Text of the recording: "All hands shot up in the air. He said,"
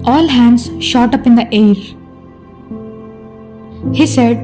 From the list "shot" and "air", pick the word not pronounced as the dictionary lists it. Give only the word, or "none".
none